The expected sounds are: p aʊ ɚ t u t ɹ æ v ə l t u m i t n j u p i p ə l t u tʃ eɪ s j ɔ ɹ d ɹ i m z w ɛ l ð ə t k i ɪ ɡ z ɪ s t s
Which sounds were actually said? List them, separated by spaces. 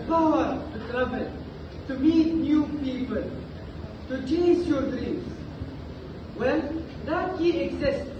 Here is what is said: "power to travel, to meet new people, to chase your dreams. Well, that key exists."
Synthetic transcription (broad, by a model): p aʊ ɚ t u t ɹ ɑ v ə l t u m i t n j u p i p ə l t u tʃ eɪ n j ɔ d ɹ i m s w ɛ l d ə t k i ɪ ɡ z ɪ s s